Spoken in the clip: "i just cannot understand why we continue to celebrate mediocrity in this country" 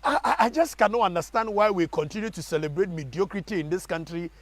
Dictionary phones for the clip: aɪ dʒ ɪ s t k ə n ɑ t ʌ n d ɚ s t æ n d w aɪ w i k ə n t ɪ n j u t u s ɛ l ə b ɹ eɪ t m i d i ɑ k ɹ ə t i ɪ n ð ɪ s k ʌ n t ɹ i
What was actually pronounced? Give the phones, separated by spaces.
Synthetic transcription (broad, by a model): aɪ dʒ ɪ s t k ə n ɑ t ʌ n d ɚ s t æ n d w aɪ w i k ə n t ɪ n j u t u s ɛ l ə b ɹ eɪ t m i d i ɑ k ɹ ə t i ɪ n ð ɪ s k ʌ n t ɹ i